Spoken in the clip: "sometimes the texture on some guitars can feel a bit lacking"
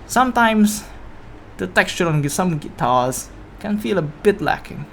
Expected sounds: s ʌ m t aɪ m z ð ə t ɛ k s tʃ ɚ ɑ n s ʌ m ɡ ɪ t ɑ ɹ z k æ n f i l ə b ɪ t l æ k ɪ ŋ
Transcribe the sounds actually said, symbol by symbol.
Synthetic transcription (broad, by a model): s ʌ m t aɪ m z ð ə t ɛ k s tʃ ɚ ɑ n s ʌ m ɡ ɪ t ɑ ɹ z k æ n f i l ə b ɪ t l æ k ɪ ŋ